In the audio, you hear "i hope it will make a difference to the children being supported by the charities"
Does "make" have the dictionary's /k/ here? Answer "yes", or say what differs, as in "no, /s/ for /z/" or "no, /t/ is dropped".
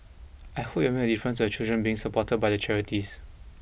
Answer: no, /k/ is dropped